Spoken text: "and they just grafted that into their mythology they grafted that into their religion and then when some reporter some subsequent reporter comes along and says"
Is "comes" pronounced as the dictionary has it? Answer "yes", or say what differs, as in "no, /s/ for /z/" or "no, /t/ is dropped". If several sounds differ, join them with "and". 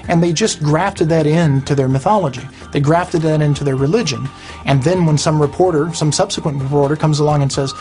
yes